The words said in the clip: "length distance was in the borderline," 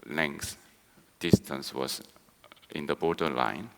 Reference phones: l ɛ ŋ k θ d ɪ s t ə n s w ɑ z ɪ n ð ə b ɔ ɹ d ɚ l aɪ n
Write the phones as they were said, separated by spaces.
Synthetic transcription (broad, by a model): l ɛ ŋ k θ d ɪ s t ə n s w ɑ s ɪ n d ə b ɔ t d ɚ l aɪ n